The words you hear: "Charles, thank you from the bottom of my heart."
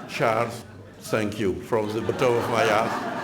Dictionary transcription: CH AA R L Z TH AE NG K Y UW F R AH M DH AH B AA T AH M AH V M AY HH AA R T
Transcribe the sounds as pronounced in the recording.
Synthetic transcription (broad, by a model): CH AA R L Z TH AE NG K Y UW F R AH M DH AH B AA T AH AH V M AY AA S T